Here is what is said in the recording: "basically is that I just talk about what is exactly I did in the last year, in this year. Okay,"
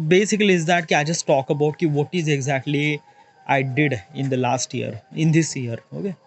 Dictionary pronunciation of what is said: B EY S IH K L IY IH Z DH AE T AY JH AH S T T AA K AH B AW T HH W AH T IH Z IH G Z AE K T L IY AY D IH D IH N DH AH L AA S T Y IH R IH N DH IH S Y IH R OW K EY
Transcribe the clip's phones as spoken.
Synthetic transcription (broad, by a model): B EY S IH K L IY IH Z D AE T AY JH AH S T T AA K AH B AW T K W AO T IH Z IH G Z AE K T L IY AY D IH D IH N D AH L AA S T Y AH R IH N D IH S Y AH R OW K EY